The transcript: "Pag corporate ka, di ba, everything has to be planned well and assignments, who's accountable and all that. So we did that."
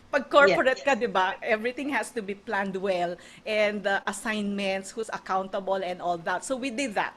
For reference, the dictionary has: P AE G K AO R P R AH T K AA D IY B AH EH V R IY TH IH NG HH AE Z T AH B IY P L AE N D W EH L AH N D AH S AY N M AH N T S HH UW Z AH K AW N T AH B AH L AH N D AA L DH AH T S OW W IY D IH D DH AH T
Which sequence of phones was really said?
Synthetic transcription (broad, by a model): P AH G K AO R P R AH T K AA D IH B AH EH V R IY T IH NG HH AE S T AH B IY P L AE N D W EH L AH N D AH S AY N M AH N T S HH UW S AH K AW N T AH B AH L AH N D AA L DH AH T S OW W IY D IH D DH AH T